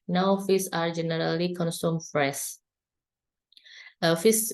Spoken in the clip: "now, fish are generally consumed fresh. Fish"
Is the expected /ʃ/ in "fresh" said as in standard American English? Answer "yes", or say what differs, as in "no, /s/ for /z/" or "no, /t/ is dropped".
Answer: no, /s/ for /ʃ/